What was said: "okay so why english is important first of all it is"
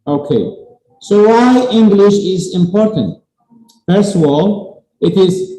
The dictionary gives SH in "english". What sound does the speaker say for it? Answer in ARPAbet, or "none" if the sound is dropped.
SH